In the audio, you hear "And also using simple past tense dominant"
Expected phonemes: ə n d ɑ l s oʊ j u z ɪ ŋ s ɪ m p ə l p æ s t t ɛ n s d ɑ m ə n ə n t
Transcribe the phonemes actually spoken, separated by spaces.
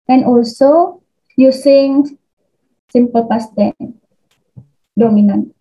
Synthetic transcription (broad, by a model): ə n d ɑ l s oʊ j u s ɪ ŋ s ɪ m p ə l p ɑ s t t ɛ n d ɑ m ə n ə n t